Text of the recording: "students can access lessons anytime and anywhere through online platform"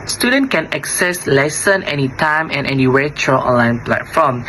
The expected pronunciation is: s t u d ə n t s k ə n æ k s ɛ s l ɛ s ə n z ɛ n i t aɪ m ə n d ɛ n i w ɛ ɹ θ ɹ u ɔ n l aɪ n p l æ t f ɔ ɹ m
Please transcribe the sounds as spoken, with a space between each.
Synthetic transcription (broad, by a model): s t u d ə n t k ə n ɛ k s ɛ s l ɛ s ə n ɛ n i t aɪ m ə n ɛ n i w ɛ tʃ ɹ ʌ ɔ n l aɪ n p l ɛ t f ɔ m